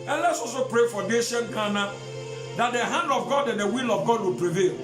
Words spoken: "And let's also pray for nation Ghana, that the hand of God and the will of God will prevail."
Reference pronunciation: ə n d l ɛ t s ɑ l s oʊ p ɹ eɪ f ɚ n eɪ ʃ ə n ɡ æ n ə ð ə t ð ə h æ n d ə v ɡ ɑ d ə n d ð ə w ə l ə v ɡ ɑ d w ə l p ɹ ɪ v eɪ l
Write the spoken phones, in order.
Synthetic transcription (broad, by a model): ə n l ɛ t s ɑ s oʊ p ɹ eɪ f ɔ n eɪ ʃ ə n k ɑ n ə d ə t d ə h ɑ n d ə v ɡ ɑ d ə n d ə w ə l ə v ɡ ɑ d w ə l p ɹ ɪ v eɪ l